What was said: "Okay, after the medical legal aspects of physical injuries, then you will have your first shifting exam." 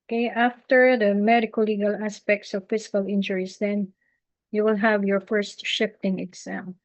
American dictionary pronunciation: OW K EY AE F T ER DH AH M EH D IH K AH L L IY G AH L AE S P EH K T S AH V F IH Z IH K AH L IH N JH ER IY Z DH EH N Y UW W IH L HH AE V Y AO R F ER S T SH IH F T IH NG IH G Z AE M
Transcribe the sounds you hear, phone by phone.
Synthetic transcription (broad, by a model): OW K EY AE F T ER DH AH M EH D IH K AH L L IY G AH L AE S P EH K T S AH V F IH S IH K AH L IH N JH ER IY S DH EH N Y UW W IH L HH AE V Y AO R F ER S T SH IH F T IH NG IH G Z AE M